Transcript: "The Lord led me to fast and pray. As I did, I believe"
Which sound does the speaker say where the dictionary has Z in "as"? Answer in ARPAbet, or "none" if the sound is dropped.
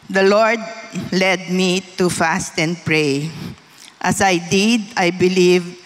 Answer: S